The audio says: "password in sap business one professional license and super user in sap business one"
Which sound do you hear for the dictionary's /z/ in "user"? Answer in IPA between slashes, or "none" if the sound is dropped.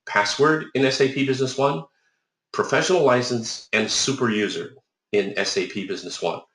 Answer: /z/